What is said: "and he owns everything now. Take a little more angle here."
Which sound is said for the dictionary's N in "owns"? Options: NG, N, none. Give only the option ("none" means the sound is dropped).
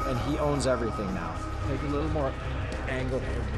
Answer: N